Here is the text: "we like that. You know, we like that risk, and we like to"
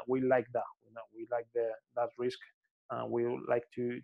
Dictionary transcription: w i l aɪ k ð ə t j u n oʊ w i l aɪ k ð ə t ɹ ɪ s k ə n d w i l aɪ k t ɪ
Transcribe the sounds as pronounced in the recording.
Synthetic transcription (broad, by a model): w i l aɪ k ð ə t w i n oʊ w i l aɪ k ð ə t ɹ ɪ s k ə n w i l aɪ k t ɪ